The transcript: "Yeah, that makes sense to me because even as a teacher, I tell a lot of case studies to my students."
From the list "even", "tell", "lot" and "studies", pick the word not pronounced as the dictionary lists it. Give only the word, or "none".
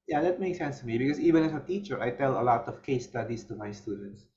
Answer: studies